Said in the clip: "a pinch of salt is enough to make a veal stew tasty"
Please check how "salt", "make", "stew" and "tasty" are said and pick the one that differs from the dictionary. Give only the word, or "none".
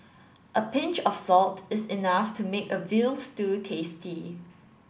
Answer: none